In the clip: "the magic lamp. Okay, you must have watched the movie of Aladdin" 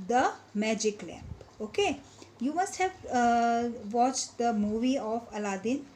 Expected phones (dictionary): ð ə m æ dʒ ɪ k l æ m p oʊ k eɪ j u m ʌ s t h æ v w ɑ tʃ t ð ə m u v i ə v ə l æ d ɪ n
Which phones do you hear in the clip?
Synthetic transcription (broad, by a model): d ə m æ dʒ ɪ k l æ p oʊ k eɪ j u m ʌ s t h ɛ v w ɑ tʃ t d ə m u v i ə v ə l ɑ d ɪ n